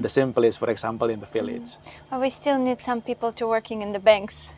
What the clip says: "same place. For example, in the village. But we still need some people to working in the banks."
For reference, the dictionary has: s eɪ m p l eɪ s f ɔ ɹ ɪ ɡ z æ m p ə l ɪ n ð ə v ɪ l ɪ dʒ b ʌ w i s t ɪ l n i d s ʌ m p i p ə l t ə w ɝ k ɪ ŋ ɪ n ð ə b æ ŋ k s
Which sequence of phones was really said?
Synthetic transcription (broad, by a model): s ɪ m p l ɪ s f ɔ ɹ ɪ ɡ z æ m p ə l ɪ n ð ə f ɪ l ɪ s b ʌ w i s t ɪ l n i d s ʌ m p i p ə l t ə w ɝ k ɪ ŋ ɪ n ð ə b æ ŋ k s